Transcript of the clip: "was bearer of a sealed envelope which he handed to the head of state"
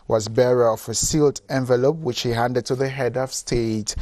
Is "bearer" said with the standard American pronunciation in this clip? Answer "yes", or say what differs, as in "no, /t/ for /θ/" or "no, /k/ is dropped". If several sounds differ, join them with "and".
yes